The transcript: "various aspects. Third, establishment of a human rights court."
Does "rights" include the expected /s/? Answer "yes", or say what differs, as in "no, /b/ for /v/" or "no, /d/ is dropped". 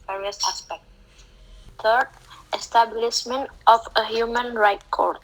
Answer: no, /s/ is dropped